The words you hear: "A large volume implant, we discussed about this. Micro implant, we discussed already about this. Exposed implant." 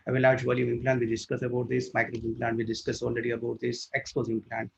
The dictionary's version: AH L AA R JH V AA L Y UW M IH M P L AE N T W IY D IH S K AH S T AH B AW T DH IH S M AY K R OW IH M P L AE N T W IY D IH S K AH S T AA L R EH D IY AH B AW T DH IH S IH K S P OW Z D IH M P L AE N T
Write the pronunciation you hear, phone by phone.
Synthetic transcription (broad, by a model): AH L AA R JH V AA L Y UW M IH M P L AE N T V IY D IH S K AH S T AH B AW T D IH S M AY K R OW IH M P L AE N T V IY D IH S K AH S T AA L R EH D IY AH B AW T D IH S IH K S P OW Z IH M P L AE N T